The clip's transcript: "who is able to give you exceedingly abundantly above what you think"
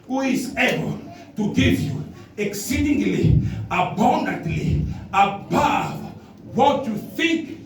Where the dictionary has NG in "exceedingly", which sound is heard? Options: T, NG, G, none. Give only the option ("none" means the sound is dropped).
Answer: NG